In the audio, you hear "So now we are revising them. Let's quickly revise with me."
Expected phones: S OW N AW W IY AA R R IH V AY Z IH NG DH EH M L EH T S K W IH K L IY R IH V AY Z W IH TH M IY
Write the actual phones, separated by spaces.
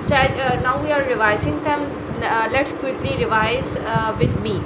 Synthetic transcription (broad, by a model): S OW N AW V IY AA R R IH V AY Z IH NG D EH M L EH T S K W IH K L IY R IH V AY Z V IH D M IY